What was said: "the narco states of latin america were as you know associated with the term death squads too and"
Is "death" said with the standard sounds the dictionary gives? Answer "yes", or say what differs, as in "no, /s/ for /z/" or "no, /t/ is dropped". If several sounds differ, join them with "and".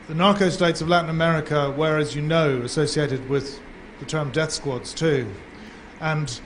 yes